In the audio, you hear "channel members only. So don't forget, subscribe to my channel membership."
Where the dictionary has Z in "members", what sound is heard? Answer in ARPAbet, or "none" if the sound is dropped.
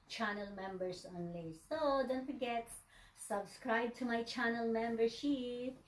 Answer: S